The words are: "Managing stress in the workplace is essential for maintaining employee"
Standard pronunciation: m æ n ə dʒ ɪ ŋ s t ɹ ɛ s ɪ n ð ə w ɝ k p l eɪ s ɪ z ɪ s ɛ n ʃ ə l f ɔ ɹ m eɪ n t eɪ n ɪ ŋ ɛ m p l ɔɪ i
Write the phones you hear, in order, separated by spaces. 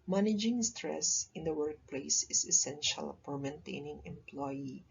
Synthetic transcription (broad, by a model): m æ n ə dʒ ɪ ŋ s t ɹ ɛ s ɪ n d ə w ɝ k p l eɪ s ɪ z ɪ s ɛ n ʃ ə l p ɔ ɹ m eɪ n t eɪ n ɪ ŋ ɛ m p l ɔɪ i